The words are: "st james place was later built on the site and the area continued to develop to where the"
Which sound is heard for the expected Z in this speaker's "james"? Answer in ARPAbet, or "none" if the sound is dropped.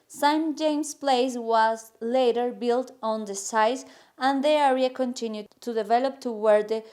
S